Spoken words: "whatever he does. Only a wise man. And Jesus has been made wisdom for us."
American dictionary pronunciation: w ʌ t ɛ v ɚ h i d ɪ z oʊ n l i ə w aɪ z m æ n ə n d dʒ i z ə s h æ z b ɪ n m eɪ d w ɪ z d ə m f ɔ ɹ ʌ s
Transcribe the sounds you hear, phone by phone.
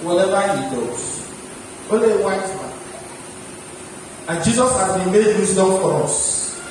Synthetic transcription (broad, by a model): w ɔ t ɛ v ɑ h i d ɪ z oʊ l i w aɪ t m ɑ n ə n dʒ i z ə s h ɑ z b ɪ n m eɪ d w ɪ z d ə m f ɔ ɹ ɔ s